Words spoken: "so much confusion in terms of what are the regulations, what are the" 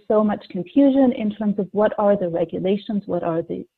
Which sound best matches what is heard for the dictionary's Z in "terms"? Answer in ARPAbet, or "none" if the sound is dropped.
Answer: Z